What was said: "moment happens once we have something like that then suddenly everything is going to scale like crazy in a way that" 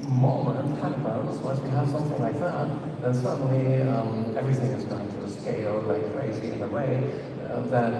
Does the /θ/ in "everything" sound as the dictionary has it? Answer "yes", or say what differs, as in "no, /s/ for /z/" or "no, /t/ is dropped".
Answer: yes